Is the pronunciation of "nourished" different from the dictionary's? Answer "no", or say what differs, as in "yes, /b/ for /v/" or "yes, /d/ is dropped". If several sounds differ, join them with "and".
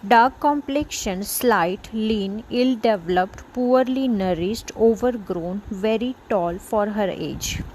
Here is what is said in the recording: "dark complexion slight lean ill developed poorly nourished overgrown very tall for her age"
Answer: yes, /s/ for /ʃ/